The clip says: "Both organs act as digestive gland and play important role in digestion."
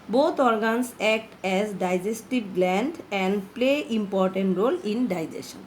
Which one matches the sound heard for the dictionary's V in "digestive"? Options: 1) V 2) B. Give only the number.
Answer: 2